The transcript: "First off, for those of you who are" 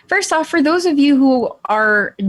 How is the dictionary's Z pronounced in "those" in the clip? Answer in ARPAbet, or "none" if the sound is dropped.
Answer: Z